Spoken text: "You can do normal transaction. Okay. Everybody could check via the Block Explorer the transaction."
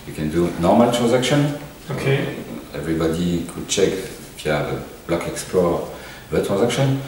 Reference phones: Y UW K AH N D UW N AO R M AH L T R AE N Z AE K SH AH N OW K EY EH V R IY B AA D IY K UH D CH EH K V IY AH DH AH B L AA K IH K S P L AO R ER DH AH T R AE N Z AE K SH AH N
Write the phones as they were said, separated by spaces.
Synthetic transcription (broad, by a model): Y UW K AH N D UW N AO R M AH L T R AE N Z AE K SH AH N OW K EY EH V R IY B AA D IY K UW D CH EH K F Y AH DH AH B L AA K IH K S P L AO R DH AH T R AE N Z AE K SH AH N